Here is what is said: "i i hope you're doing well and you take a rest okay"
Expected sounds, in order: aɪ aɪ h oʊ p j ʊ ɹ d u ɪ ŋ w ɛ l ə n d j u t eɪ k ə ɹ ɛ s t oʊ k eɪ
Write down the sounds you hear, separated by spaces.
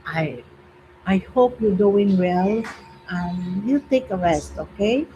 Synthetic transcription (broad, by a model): aɪ aɪ h oʊ p j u d u ɪ ŋ w ɛ l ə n j u t eɪ k ə ɹ ɛ s t oʊ k eɪ